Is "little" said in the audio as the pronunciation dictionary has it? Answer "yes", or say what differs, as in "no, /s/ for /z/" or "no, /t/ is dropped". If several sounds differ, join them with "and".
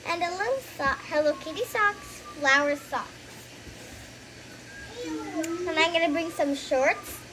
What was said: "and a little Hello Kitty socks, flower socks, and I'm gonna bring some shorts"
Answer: no, /s/ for /t/